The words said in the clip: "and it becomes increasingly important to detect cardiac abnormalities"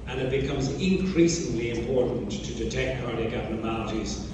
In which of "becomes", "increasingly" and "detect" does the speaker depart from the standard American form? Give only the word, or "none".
none